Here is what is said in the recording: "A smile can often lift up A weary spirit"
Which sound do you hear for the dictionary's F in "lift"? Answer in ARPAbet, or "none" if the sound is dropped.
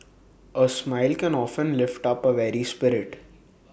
F